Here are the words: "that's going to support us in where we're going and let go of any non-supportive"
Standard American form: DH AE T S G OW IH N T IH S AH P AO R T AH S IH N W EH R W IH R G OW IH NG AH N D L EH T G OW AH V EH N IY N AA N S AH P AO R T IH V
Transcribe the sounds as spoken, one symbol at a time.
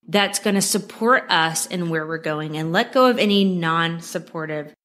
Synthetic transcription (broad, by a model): DH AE T S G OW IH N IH S AH P AO R T AH S IH N W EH R W IH R G OW IH NG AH N L EH T G OW AH V EH N IY N AA N S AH P AO R T IH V